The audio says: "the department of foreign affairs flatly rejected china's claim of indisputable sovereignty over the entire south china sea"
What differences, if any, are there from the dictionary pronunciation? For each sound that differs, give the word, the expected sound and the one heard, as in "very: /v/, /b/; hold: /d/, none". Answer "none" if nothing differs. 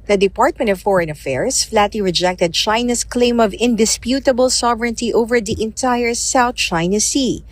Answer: affairs: /z/, /s/; china's: /z/, /s/